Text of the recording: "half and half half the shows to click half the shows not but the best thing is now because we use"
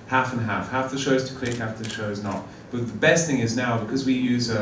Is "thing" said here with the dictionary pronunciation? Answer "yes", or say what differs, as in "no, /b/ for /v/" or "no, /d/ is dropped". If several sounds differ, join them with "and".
yes